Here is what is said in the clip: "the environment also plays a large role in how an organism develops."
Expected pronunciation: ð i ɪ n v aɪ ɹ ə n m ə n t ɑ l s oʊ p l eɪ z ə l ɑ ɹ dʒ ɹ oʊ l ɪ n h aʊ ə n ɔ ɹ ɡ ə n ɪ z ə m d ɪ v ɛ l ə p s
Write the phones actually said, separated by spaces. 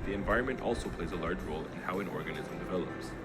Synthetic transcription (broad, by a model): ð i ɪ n v aɪ ɹ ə n m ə n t ɑ l s oʊ p l eɪ z ə l ɑ ɹ dʒ ɹ oʊ l ɪ n h aʊ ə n ɔ ɹ ɡ ə n ɪ z ə m d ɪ v ɛ l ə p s